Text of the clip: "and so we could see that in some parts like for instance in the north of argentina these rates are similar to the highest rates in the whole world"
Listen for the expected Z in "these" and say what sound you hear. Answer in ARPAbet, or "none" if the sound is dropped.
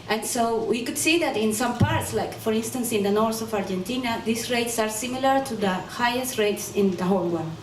S